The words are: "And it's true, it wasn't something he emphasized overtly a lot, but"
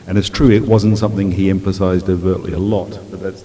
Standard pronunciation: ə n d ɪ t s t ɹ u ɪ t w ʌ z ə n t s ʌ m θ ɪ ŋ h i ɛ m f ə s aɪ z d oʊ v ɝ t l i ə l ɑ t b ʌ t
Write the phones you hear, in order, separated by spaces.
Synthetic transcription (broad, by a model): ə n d ɪ t s t ɹ u ɪ t w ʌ z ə n t s ʌ m θ ɪ ŋ i ɛ m f ə s aɪ z d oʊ v ɝ t l i ə l ɑ t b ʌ t